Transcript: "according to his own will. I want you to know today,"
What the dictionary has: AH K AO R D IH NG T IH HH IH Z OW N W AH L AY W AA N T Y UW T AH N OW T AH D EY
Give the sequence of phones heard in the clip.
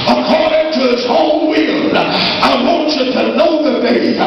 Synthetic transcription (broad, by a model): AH K AO R D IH NG T IH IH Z OW L W AH L AY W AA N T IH T AH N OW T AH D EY